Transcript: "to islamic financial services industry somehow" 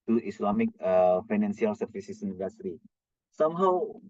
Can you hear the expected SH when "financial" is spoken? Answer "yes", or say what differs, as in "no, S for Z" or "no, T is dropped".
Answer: no, S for SH